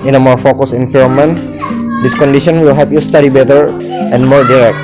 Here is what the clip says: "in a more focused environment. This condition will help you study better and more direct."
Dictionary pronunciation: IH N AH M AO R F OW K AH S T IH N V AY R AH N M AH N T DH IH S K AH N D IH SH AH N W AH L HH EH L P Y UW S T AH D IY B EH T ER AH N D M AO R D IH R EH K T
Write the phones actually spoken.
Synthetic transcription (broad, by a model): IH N AH M AO R F OW K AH S IH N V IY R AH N M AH N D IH S K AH N D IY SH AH N W AH L HH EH P Y UW S T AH D IY B EH T ER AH N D M AO R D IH R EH K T